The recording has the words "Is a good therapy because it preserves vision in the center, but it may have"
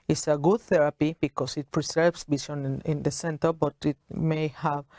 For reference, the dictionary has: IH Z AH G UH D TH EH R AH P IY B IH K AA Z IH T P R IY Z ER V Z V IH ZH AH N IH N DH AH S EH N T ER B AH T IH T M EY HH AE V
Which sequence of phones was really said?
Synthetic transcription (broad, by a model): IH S AH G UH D TH EH R AH P IY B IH K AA S IH T P R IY S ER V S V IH S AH N IH N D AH S EH N T ER B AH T IH T M EY HH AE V